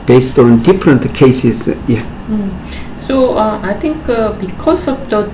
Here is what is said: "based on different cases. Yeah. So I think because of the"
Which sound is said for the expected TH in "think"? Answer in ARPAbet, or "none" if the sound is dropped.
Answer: T